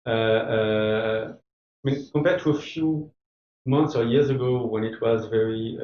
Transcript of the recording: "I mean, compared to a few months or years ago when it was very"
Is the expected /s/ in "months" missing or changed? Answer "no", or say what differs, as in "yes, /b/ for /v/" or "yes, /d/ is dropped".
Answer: no